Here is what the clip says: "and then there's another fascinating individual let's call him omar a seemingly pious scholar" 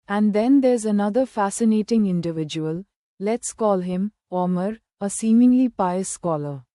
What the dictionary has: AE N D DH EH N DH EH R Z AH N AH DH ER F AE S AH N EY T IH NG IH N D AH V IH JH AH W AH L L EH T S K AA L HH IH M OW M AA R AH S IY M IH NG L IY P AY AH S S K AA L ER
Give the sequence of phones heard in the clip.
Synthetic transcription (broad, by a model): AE N D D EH N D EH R Z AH N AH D ER F AE S AH N EY T IH NG IH N D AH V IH JH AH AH L L EH T S K AA L HH IH M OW M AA R AH S IY M IH NG L IY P AY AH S S K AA L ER